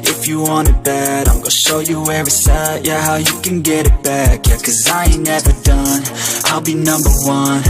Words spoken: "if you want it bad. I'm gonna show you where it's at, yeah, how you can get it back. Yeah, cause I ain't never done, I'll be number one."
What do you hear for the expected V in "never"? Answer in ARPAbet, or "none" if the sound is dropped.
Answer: V